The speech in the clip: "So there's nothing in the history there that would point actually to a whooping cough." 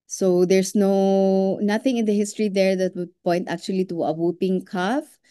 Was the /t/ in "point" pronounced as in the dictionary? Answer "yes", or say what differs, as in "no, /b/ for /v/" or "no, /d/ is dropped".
yes